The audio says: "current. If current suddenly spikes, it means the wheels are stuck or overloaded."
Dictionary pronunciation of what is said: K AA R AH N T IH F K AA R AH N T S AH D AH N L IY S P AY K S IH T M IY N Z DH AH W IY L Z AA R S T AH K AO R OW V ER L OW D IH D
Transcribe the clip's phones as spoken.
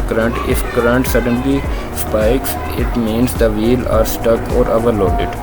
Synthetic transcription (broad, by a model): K R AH N T IH F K R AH N T S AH D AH N L IY S P AY K S IH T M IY N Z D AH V IY L AA R S T AH K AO R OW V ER L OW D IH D